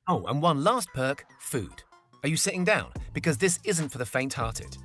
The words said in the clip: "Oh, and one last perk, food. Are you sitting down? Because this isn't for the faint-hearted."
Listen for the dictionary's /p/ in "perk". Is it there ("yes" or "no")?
yes